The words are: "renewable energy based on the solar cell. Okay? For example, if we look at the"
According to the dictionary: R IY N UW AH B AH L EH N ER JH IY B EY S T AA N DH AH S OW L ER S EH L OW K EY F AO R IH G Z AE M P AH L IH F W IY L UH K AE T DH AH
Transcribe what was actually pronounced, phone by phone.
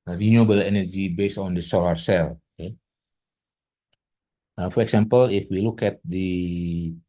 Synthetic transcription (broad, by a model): R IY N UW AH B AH L EH N ER JH IY B EY S T AA N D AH S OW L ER S EH L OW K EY F AO R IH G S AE M P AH L IH F W IY L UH K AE T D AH